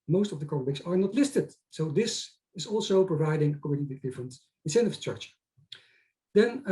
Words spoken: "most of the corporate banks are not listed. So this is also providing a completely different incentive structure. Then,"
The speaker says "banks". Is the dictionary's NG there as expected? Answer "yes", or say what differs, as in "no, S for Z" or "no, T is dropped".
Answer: no, NG is dropped